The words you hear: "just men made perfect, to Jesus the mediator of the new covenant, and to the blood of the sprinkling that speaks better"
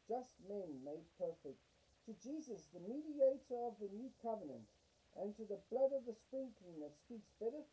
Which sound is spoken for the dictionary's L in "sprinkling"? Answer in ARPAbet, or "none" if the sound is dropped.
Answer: none